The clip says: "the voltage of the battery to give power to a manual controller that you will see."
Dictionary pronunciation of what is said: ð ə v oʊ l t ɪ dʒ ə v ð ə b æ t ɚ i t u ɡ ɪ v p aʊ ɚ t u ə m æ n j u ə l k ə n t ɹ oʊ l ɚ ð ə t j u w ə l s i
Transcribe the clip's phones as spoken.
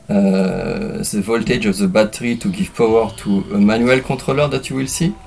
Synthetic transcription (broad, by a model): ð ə v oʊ l t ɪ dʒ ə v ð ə b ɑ t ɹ i t u ɡ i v p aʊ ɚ t u ə m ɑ n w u l k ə t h oʊ l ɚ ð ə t j u w ə l s i